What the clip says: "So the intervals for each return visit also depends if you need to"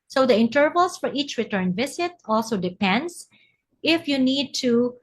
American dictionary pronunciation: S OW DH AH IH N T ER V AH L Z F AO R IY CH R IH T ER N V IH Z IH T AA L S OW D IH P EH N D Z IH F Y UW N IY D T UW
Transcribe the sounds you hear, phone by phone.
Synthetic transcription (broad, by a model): S OW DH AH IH N T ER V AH L S F AO R IY CH R IH T ER N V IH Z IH T AA L S OW D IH P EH N D S IH F Y UW N IY D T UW